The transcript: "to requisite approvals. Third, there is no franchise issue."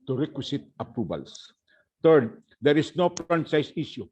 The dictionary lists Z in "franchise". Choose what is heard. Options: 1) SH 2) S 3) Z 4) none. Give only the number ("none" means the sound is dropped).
2